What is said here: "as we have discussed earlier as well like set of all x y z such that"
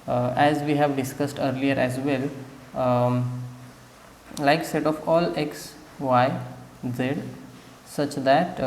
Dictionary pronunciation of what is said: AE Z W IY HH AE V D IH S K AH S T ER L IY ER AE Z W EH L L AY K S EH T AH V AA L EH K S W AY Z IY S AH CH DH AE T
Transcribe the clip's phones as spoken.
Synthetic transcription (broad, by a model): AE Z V IY HH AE V D IH S K AH S T ER L IY ER AE Z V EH L L AY K S EH T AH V AA L EH K S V AY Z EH S AH CH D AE T